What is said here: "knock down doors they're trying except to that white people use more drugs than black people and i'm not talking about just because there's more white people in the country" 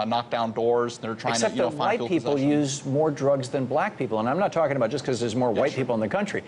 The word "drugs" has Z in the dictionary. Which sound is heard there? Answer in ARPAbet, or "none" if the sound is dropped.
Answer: Z